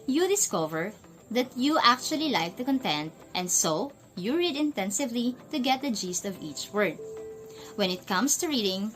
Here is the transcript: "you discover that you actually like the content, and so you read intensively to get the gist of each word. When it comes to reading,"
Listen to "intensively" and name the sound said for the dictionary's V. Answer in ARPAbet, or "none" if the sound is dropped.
V